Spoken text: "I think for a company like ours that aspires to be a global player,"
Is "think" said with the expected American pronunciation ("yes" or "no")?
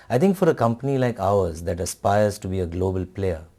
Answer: no